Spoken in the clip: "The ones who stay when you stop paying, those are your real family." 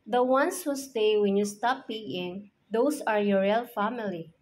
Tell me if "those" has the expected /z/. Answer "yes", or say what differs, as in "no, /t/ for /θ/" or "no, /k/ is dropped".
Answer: no, /s/ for /z/